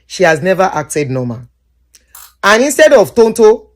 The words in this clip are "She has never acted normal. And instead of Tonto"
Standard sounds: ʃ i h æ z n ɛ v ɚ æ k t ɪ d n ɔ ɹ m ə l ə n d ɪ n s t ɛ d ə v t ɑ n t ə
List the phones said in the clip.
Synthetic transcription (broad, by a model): ʃ i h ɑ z n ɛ v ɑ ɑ k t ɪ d n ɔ m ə n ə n ɪ n s t ɛ d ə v t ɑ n t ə